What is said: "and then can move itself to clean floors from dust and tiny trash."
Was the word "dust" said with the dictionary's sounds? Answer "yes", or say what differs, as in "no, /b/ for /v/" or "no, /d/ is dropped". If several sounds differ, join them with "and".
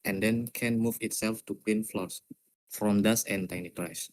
no, /t/ is dropped